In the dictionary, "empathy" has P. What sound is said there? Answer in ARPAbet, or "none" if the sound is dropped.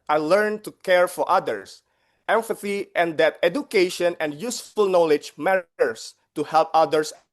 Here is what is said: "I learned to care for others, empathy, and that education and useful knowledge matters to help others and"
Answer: F